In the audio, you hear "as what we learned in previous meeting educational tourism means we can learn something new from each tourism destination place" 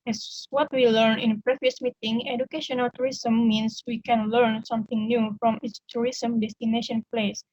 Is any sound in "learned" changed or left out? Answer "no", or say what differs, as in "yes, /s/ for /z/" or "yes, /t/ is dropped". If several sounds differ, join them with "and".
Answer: yes, /d/ is dropped